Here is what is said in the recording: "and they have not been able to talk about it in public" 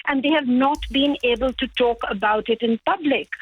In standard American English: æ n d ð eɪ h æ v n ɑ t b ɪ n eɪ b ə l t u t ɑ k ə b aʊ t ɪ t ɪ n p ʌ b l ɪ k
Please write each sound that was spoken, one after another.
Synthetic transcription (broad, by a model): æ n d eɪ h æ v n ɑ t b ɪ n eɪ b ə l t u t ɑ k ə b aʊ t ɪ t ɪ n p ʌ b l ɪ k